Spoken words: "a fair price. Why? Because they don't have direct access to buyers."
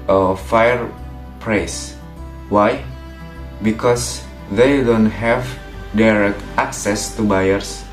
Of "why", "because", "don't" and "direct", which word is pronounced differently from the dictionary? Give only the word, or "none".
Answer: because